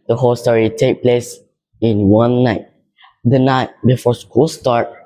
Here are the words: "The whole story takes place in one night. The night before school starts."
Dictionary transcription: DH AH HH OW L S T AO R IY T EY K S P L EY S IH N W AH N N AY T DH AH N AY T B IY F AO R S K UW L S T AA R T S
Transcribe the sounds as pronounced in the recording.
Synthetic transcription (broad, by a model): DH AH HH OW L S T AO R IY T EY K P L EY S IH N W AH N N AY T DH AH N AY T B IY F AO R S K UW L S T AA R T